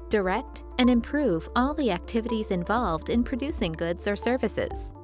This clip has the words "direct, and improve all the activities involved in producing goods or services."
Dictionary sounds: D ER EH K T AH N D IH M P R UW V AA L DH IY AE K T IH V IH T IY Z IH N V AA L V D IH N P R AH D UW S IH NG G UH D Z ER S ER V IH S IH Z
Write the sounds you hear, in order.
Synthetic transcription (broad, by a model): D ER EH K T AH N IH M P R UW V AA L DH IY AE K T IH V IH T IY Z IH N V AA L V D IH N P R AH D UW S IH NG G UH D Z ER S ER V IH S IH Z